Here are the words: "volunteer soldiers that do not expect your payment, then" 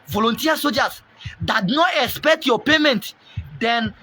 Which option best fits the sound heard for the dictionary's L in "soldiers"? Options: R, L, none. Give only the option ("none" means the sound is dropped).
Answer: none